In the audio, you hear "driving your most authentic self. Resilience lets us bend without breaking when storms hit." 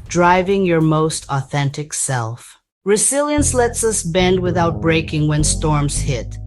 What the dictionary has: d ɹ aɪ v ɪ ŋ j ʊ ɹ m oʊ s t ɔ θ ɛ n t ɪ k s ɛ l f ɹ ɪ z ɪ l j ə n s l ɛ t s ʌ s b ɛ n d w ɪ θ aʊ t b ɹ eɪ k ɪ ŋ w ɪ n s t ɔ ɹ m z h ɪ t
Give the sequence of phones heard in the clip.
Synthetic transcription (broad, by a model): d ɹ aɪ v ɪ ŋ j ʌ ɹ m oʊ s t ɔ θ ɛ n t ɪ k s ɛ l f ɹ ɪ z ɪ l j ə n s l ɛ t s ʌ s b ɛ n d w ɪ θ aʊ t b ɹ eɪ k ɪ ŋ w ɪ n s t ɔ ɹ m z h ɪ t